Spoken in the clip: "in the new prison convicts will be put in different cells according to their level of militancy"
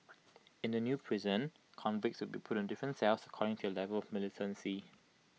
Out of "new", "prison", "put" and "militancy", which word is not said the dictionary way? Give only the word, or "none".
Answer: none